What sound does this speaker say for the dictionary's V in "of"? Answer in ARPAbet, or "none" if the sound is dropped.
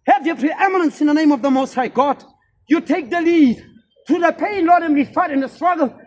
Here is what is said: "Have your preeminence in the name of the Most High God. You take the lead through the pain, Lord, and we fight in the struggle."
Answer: V